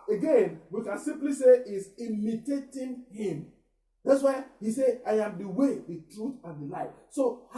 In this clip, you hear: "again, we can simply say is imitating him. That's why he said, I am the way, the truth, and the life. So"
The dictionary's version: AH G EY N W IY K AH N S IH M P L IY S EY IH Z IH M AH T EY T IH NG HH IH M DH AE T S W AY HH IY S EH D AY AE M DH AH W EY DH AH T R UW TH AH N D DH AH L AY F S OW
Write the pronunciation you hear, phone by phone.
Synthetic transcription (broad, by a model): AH G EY N W IY K AH N S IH M P L IY S EY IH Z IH M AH T EY T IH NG HH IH M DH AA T S W AY HH IY S EH AY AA M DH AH W EY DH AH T R UW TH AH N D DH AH L AY F S OW